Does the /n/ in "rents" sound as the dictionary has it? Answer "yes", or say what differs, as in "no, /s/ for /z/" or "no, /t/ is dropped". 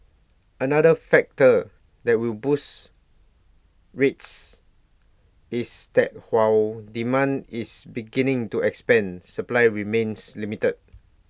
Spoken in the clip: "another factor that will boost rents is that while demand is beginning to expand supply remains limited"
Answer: no, /n/ is dropped